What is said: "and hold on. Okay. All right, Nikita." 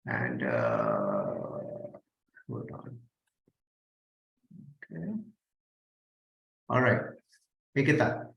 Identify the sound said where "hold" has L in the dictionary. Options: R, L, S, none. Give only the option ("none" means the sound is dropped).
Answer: none